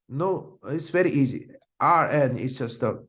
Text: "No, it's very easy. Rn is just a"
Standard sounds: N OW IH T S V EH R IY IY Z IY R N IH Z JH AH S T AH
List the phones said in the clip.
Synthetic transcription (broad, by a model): N OW IH T S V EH R IY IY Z IY R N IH S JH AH S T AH